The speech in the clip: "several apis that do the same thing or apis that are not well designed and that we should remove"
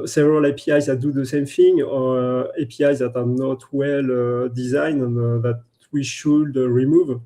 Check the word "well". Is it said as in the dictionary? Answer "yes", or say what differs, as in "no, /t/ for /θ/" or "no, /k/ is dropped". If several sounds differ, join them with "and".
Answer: yes